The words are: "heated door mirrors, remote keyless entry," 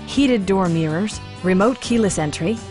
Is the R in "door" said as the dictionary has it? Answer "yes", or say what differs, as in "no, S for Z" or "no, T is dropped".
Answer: yes